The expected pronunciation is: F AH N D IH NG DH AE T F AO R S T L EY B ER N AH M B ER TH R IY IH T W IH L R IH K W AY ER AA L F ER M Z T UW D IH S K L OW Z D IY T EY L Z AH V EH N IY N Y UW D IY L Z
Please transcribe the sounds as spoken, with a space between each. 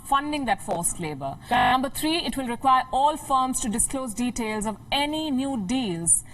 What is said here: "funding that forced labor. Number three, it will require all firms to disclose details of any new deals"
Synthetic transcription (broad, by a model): F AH N D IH NG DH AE T F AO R S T L EY B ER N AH M B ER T R IY IH T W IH L R IH K W AY ER AA L F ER M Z T UW D IH S K L OW Z D IY T EY L Z AH V EH N IY N Y UW D IY L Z